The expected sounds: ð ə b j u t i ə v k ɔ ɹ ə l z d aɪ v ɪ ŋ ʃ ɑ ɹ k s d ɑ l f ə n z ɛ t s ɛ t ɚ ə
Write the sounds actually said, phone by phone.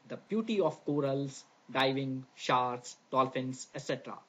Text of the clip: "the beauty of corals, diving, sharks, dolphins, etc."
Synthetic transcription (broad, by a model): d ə b j u t i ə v k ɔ ɹ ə l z d aɪ v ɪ ŋ ʃ ɑ ɹ s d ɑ l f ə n s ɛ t s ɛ t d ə